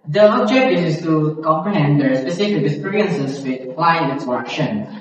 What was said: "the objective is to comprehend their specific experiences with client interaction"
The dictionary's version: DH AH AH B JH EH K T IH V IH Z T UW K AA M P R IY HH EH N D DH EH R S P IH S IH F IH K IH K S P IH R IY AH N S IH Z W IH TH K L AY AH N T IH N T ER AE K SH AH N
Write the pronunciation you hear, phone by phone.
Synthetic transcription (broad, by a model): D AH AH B JH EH K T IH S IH S T UW K AA M P R IY HH EH N D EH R S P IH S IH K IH IH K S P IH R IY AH N S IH S W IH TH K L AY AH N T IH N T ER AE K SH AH N